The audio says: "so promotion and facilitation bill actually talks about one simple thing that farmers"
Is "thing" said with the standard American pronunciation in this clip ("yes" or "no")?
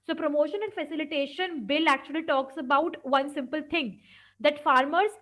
no